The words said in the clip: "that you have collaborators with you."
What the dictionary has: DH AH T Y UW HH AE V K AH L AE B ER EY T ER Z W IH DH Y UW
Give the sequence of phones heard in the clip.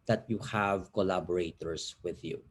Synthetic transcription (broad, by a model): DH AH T Y UW HH AE V K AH L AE B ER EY T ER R W IH DH Y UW